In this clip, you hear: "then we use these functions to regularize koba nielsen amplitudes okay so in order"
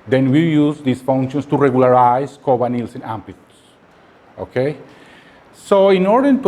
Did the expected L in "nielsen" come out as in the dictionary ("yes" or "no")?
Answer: yes